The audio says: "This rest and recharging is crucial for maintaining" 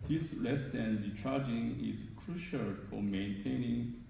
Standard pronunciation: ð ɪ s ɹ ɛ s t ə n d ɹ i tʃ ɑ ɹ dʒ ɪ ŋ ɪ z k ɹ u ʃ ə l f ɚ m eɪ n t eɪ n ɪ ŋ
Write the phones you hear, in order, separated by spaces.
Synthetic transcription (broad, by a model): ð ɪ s l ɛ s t ə n d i tʃ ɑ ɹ dʒ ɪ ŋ ɪ z k ɹ u ʃ ə l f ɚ m eɪ n t eɪ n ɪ ŋ